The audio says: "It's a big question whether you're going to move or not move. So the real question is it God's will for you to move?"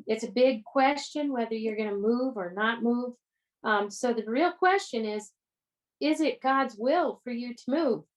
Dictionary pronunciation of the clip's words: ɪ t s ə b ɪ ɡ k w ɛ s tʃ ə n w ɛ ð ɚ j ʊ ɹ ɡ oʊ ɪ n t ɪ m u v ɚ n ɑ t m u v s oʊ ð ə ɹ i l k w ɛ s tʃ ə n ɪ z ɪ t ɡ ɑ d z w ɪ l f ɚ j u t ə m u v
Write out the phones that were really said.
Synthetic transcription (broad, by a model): ɪ t s ə b ɪ ɡ k w ɛ s tʃ ə n w ɛ ð ɚ j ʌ ɹ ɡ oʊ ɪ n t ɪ m u v ɚ n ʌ t m u v s oʊ ð ə ɹ i l k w ɛ s tʃ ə n ɪ z ɪ t ɡ ɑ d z w ɪ l f ɚ j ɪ t ə m u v